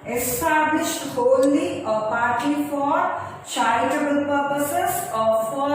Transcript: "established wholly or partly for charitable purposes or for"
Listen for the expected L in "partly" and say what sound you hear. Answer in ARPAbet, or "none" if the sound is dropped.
none